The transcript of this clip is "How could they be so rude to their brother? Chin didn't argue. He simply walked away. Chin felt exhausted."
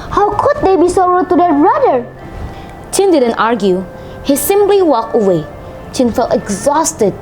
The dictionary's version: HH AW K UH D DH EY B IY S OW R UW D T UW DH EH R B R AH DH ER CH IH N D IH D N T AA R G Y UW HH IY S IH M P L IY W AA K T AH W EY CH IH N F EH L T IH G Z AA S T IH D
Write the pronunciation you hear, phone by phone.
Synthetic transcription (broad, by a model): HH AW K UH D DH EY B IY S OW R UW T UW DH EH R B R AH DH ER CH IH N D IH D N T AA R G Y UW HH IY S IH M P L IY W AA K AH W EY CH IH N F EH L T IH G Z AA S T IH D